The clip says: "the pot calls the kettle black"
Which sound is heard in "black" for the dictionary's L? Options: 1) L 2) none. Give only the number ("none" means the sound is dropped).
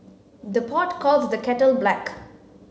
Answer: 1